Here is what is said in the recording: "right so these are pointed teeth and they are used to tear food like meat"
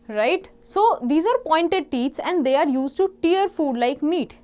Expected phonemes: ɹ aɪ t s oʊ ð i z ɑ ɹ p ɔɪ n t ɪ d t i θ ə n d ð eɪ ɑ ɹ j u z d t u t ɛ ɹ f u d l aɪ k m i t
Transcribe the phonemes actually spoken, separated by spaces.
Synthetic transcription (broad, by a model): ɹ aɪ t s oʊ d i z ɑ ɹ p ɔɪ n t ɪ d t i s ə n d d eɪ ɑ ɹ j u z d t u t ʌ ɹ f u d l aɪ k m i t